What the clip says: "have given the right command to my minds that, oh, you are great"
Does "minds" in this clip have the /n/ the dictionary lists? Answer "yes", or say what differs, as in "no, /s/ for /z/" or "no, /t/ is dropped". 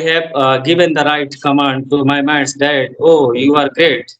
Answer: no, /n/ is dropped